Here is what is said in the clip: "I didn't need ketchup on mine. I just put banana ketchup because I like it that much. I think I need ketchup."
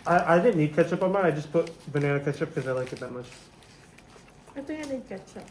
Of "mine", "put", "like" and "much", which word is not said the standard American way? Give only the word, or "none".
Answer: mine